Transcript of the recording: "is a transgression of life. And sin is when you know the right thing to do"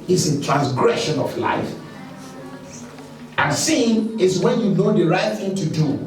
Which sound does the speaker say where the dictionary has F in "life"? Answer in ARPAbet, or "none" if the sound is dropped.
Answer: F